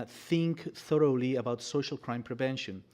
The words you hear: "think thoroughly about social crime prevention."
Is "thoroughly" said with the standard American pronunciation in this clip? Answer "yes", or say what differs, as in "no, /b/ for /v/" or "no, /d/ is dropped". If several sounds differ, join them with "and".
yes